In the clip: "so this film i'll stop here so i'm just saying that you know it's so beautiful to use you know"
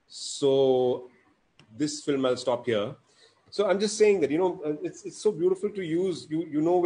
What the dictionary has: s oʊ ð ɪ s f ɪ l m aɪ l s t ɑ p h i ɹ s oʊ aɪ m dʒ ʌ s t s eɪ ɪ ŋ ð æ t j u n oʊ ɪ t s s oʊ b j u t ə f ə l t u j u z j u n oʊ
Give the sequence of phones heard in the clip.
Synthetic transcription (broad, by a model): s oʊ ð ɪ s f ɪ l m aɪ l s t ɑ p h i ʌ s oʊ aɪ m dʒ ʌ s t s eɪ ɪ ŋ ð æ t j u n oʊ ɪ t s s oʊ b j u t ə f ə l t u j u z j u n oʊ